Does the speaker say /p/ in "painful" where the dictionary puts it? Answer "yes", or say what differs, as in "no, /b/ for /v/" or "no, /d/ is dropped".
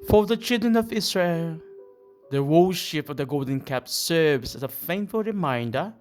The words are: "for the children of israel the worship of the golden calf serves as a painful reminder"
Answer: no, /f/ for /p/